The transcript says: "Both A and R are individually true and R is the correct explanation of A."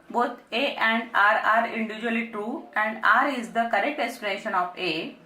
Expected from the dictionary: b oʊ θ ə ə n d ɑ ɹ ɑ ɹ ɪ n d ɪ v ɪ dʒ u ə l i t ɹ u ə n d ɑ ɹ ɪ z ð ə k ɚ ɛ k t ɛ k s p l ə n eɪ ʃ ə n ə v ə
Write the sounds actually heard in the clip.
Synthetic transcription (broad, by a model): b oʊ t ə ə n d ɑ ɹ ɑ ɹ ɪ n d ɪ v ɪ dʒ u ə l i t ɹ u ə n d ɑ ɹ ɪ z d ə k ɚ ɛ k t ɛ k s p ə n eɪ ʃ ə n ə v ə